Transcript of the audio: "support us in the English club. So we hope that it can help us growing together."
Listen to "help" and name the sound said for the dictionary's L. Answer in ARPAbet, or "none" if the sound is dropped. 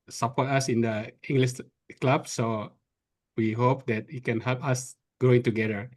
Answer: L